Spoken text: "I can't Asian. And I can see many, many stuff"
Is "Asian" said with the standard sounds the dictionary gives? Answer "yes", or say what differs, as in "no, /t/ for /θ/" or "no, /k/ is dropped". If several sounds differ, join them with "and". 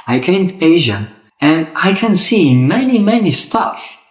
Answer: no, /n/ is dropped